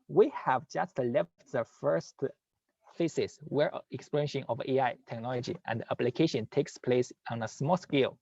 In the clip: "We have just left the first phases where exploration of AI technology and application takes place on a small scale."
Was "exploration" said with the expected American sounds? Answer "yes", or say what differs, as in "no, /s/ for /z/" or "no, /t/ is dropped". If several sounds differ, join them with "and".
no, /l/ is dropped